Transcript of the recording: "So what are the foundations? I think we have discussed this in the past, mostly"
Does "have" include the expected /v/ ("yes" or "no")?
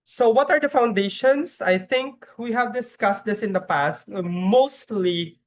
yes